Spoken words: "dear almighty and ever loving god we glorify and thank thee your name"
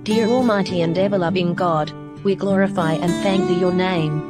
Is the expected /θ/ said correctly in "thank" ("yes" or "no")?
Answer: yes